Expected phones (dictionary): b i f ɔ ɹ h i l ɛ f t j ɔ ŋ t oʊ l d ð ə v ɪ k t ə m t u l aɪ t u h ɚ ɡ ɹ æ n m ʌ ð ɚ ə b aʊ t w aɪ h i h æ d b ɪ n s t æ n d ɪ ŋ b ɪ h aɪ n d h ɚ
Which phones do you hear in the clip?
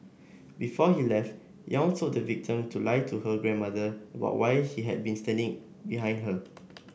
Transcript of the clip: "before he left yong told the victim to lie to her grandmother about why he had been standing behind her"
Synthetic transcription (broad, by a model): b i f ɔ h i l ɛ f t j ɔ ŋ s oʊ d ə v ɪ k t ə m t u l aɪ t u h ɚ ɡ ɹ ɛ n m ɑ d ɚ ə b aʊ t w aɪ h i h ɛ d b ɪ n s t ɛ n d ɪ ŋ b ɪ h aɪ n d h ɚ